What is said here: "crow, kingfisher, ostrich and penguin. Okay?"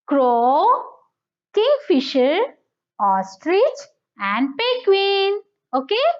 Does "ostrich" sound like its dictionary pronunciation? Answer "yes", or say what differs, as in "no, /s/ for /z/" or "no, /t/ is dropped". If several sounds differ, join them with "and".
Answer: yes